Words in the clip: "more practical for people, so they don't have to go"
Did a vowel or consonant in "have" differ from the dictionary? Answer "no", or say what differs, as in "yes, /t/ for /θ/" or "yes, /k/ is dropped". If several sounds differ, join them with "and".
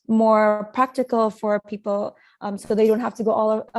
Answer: yes, /f/ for /v/